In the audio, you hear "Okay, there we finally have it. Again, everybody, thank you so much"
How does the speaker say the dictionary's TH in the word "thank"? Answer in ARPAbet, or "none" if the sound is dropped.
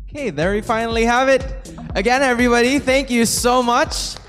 TH